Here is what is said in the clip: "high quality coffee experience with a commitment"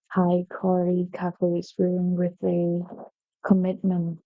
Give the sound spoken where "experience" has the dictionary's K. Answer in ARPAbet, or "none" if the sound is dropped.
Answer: none